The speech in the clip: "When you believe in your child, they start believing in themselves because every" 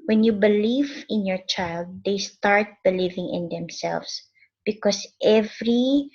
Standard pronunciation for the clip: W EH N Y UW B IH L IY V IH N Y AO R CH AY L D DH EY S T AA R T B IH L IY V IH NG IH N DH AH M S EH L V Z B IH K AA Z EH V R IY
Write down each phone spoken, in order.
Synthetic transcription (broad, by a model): W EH N Y UW B IH L IY V IH N Y AO R CH AY L D EY S T AA R T B IH L IY V IH NG IH N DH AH M S EH L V S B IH K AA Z EH V R IY